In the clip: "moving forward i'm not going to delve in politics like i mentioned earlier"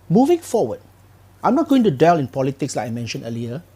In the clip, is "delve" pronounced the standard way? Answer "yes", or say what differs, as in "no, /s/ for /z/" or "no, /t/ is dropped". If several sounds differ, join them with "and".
no, /v/ is dropped